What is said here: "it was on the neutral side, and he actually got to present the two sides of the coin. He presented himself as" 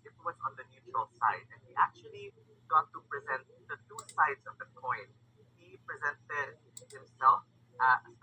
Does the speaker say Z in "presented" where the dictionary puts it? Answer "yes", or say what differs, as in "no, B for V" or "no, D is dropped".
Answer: yes